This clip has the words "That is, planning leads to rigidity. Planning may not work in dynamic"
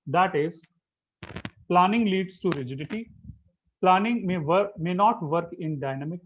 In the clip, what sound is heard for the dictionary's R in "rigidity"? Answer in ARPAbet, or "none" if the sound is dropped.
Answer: R